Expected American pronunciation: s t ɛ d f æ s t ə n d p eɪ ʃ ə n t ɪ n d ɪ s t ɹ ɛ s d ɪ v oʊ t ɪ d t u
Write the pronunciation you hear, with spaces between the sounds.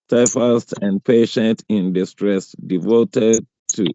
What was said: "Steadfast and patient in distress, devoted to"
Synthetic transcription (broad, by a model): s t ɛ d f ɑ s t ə n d p eɪ ʃ ə n t ɪ n d ɪ s t ɹ ɛ s d ɪ v oʊ t ɪ d t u